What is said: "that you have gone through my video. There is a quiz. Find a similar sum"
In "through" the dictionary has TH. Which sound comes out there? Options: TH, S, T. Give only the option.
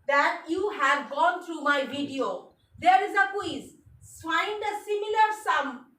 T